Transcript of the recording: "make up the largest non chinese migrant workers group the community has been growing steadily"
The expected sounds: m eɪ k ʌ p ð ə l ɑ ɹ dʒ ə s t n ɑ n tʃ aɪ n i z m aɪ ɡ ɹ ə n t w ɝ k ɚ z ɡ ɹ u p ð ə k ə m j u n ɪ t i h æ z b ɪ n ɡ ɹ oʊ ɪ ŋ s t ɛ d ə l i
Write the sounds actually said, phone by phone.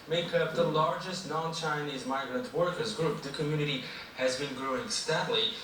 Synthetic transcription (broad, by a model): m eɪ k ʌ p ð ə l ɑ ɹ dʒ ə s t n ɑ n tʃ aɪ n i z m aɪ ɡ ɹ ə n t w ɝ k ɚ z ɡ ɹ u p ð ə k ə m j u n ɪ t i h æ z b ɪ n ɡ ɹ oʊ ɪ ŋ s t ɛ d l i